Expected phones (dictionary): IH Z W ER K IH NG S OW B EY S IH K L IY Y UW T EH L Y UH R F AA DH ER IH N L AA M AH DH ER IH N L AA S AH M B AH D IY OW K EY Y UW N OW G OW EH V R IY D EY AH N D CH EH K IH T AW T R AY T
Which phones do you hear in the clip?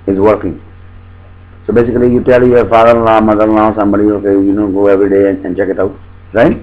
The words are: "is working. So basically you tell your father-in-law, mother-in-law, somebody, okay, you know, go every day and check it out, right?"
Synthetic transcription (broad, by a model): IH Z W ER K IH NG S OW B EY S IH K L IY Y UW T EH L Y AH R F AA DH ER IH L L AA M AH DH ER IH L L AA S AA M AH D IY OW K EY Y UW N OW G OW EH V R IY D EY AH N D CH EH K IH T AW T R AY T